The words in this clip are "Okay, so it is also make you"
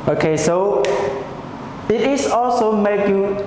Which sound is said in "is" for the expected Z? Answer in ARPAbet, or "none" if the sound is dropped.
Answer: S